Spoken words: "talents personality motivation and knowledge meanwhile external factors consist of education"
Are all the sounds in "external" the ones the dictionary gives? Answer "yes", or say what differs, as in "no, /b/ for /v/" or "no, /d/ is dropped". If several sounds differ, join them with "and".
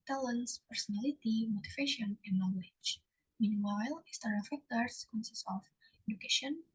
no, /k/ is dropped